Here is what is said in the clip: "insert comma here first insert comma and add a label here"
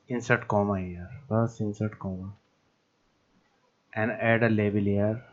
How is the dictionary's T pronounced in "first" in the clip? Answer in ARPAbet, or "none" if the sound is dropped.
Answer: none